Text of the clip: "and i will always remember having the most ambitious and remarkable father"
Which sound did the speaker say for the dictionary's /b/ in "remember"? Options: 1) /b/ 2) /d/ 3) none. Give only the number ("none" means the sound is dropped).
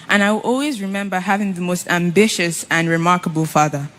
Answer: 1